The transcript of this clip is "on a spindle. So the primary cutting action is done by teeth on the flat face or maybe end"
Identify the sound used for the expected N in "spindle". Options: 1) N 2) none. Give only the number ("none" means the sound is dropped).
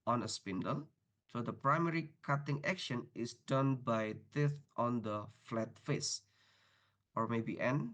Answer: 1